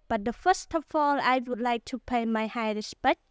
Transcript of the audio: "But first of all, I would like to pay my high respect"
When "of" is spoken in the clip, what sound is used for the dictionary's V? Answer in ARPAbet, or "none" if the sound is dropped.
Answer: F